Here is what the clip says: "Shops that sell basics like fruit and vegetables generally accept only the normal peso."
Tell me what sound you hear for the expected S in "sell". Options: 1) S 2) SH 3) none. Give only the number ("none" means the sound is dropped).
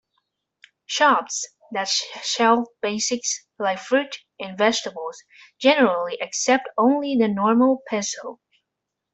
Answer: 2